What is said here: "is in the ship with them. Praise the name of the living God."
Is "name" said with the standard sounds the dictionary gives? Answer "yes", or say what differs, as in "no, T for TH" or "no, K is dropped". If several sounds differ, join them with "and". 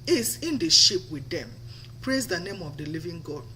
yes